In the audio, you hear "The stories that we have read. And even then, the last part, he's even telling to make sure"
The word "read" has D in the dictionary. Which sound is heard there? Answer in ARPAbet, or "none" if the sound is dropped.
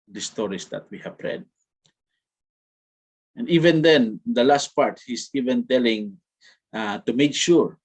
D